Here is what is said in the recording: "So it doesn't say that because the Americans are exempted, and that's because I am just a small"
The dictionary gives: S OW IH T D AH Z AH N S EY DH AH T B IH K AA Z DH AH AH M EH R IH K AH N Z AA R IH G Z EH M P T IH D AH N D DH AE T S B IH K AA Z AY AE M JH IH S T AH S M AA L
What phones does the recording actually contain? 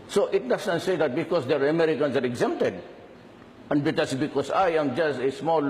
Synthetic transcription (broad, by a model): S OW IH T D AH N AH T S EY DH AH T B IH K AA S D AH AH M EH R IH K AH N S AA R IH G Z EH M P T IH D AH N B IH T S B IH K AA S AY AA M JH IH S T AH S M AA L